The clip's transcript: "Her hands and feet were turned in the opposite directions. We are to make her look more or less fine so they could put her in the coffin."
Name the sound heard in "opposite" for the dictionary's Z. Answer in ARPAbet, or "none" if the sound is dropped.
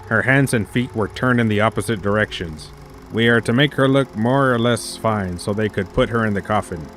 Z